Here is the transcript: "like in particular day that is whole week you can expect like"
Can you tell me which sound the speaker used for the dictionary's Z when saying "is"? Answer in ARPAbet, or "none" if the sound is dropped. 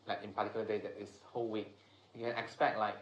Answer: S